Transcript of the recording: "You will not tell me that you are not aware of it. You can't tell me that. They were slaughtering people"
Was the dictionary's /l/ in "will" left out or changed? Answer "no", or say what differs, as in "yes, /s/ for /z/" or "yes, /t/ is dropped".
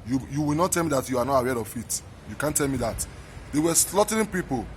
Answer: yes, /w/ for /l/